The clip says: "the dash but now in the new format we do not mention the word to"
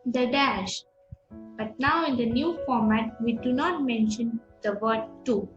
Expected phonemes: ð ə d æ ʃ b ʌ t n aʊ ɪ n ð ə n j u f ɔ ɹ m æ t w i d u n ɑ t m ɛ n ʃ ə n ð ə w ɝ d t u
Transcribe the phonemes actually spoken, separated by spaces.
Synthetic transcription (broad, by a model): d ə d æ ʃ b ʌ t n aʊ ɪ n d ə n j u f ɔ ɹ m æ t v i d u n ɑ t m ɛ n ʃ ə n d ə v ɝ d t u